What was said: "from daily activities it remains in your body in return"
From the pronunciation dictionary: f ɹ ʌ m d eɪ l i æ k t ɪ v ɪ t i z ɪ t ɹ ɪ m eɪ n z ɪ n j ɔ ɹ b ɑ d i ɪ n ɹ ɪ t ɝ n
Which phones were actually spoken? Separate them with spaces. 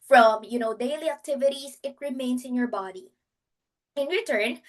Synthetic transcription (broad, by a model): f ɹ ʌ m d eɪ l i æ k t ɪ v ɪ t i s ɪ t ɹ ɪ m eɪ n s ɪ n j ɔ ɹ b ɑ d i ɪ n ɹ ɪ t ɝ n